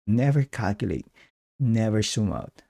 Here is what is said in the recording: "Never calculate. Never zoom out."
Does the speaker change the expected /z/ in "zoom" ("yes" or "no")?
yes